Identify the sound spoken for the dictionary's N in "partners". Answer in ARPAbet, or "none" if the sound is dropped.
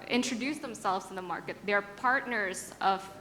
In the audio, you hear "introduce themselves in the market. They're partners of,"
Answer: N